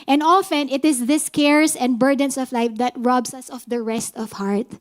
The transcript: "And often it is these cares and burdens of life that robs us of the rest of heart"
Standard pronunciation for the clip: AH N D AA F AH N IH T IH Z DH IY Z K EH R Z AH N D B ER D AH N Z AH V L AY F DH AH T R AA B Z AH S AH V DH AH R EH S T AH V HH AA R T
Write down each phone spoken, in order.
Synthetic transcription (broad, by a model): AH N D AA F AH N IH T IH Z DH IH S K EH R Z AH N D B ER D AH N S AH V L AY F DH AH T R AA B S AH S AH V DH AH R EH S T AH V HH AA R T